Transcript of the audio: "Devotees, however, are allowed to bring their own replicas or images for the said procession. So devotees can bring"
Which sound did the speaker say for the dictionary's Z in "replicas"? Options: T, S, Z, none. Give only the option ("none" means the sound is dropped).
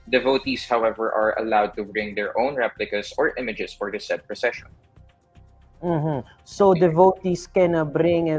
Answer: S